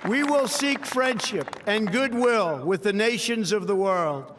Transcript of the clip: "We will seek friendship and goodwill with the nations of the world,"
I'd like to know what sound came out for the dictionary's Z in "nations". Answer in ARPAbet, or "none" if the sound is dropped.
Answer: Z